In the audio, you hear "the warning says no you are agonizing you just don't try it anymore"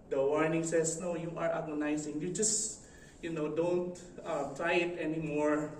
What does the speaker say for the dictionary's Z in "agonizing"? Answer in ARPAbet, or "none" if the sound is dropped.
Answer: S